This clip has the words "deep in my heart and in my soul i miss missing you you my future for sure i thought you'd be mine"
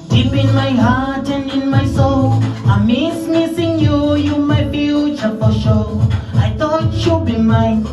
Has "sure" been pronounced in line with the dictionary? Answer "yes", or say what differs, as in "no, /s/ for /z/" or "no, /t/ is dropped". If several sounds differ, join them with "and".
no, /l/ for /ɹ/